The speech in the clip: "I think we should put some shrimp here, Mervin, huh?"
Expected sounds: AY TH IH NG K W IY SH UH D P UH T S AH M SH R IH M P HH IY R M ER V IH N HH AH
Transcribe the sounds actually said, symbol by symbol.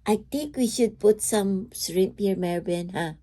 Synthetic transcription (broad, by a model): AY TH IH NG K W IY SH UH D P UH T S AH M S R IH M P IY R M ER B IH N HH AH